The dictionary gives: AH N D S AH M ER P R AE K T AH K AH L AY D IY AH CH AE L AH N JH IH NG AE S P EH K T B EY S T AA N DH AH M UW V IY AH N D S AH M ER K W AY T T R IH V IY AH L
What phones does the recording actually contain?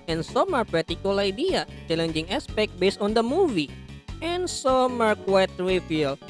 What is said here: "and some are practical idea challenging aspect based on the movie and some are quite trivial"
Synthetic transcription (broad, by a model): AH N S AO M ER P AA T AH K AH L AY D IY AH CH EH L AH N JH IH NG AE S P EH K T B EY S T AA N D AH M UW V IY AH N S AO M ER K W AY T T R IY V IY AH L